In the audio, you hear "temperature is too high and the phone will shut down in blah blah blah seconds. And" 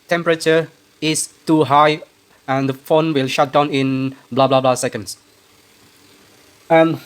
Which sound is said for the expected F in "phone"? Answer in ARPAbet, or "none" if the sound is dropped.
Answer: F